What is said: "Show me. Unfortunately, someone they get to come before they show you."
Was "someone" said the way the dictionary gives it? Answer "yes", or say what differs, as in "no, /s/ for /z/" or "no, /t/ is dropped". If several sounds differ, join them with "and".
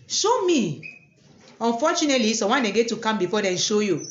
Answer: no, /m/ is dropped